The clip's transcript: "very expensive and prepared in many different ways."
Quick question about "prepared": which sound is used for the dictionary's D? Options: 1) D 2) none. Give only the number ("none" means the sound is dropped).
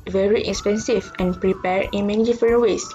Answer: 2